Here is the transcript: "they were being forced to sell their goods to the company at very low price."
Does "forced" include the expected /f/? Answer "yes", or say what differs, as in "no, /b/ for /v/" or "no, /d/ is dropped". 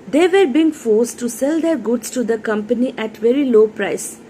yes